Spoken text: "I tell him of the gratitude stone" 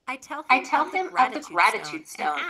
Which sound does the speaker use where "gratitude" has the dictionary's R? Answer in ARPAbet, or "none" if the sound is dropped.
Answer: R